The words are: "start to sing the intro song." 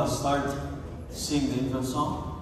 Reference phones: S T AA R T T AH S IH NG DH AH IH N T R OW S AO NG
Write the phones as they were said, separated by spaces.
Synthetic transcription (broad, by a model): S T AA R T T S IH NG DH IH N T OW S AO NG